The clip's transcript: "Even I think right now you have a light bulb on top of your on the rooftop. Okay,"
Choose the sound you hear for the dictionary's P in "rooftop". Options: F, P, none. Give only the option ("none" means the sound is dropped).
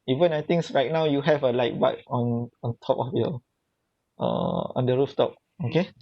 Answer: P